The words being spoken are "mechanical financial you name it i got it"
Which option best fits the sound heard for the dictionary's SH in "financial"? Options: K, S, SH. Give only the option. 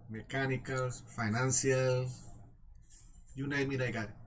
S